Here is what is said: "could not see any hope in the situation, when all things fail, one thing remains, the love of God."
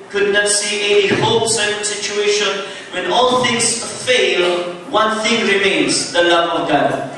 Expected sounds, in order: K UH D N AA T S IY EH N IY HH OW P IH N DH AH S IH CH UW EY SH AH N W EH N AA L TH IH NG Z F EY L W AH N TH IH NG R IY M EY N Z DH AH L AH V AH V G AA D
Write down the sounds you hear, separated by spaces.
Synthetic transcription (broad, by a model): K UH D N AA T S IY EH N IY HH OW IH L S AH S IH CH UW EY SH AH N W EH N AA L TH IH NG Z F EY L W AH N TH IH NG R IY M EY N Z DH AH L AH V AH V G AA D